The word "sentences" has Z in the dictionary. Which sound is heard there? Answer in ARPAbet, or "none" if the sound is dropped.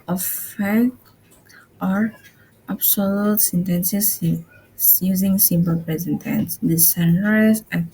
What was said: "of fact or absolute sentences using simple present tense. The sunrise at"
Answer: S